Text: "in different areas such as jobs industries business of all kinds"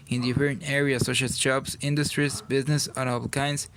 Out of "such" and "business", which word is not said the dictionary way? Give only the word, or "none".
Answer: such